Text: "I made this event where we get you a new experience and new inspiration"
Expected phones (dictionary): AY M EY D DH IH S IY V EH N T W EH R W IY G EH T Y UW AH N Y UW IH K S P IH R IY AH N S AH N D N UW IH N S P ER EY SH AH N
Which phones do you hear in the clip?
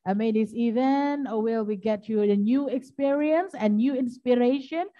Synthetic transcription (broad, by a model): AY M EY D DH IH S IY V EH N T W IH L W IY G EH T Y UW AH N Y UW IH K S P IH R IY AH N S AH N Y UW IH N S P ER EY SH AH N